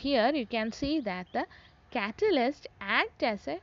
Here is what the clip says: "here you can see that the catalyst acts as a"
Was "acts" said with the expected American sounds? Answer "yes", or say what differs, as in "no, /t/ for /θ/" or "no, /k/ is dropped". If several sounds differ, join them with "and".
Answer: no, /s/ is dropped